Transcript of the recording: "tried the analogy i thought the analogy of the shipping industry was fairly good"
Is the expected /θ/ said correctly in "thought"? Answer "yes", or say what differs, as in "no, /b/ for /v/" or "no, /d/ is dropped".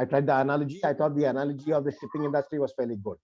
no, /t/ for /θ/